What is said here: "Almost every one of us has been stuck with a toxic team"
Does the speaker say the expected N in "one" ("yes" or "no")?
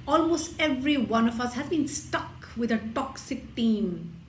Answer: yes